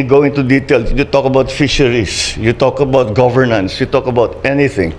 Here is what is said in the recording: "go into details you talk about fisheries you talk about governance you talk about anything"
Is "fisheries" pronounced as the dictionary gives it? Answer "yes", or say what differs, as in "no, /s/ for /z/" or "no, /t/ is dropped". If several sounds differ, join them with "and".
no, /s/ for /z/